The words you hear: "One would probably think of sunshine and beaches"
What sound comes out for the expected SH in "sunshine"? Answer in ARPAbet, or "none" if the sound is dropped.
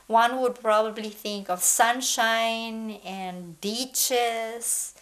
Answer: SH